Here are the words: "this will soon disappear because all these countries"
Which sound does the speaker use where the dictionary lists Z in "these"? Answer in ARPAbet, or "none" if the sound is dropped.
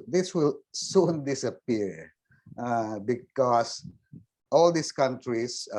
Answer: S